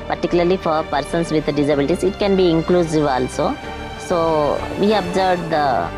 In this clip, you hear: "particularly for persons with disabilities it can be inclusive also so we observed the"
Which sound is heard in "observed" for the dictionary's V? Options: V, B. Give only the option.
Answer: B